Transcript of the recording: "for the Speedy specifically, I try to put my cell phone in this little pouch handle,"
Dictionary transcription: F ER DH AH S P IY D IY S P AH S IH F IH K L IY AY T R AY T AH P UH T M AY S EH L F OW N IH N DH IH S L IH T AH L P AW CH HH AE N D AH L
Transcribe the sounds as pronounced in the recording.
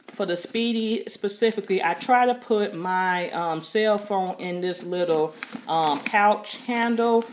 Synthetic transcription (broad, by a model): F ER DH AH S P IY D IY S P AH S IH F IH K L IY AY T R AY T AH P UH T M AY S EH L F OW N IH N DH IH S L IH T AH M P AW CH HH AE N D L